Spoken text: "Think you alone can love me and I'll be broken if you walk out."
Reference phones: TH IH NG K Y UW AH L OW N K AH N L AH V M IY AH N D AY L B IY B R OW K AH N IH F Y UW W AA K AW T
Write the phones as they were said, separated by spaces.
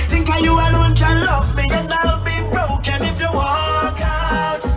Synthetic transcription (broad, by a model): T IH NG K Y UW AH W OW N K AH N L AH V M IY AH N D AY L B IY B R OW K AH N IH F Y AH W AA K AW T